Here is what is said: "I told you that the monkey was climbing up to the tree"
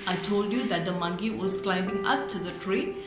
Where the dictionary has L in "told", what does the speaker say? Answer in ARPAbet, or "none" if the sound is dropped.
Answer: L